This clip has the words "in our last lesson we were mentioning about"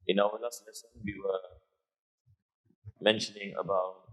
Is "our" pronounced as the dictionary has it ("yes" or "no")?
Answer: no